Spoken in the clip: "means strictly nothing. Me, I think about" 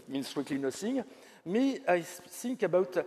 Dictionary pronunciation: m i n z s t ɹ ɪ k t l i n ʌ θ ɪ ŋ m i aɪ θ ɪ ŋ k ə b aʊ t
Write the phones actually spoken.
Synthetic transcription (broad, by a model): m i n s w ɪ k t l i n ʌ s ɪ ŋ m i aɪ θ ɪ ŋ k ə b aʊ t